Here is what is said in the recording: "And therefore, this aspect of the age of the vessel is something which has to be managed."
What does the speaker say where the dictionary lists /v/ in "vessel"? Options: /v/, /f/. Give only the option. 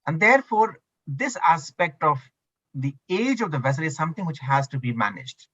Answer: /v/